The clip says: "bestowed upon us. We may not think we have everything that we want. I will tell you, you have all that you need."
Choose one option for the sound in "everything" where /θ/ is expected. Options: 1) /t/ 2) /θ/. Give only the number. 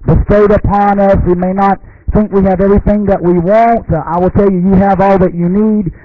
2